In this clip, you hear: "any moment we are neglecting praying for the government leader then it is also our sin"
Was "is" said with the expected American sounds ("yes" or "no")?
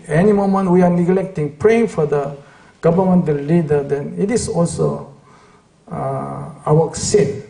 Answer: no